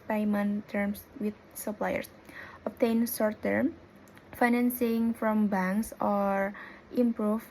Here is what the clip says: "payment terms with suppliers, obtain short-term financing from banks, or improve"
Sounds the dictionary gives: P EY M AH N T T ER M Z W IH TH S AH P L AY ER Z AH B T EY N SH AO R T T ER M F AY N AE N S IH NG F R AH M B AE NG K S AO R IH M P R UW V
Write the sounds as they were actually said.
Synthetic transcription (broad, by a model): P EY M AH N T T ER M S W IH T S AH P L AY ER S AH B T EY N S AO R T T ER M F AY N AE N S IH NG F R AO M B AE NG K S AO R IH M P R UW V